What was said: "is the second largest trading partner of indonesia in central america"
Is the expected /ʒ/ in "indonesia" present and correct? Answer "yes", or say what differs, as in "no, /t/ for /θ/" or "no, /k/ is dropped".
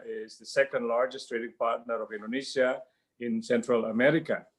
no, /s/ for /ʒ/